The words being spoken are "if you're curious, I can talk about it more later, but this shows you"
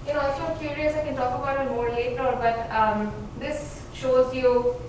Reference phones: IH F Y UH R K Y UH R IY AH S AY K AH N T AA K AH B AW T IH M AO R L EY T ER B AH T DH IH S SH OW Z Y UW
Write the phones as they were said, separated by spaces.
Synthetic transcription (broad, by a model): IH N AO L K Y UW R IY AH S AY K AH N T AA K AH B AW T IH M AO R L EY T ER B AH T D IH S SH OW Z Y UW